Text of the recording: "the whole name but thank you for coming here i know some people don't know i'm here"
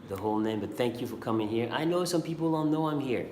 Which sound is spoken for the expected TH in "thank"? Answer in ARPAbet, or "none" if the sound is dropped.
TH